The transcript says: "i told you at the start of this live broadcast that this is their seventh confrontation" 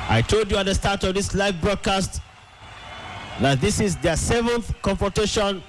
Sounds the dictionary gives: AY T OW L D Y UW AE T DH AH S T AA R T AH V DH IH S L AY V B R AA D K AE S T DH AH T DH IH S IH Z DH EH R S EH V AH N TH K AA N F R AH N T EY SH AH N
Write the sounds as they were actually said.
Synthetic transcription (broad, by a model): AY T OW L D Y UW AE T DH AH S T AA R T AH V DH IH S L AY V B R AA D K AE S T DH AH T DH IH S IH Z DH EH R S EH V AH N TH K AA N F R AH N T EY SH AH N